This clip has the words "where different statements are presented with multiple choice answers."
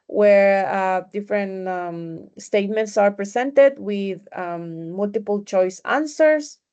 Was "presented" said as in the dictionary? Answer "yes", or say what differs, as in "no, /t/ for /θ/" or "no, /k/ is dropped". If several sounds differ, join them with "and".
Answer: no, /s/ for /z/